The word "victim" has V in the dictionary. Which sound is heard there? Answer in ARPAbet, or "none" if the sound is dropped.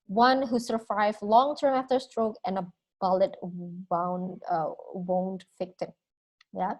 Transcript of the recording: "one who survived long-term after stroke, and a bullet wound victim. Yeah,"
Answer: F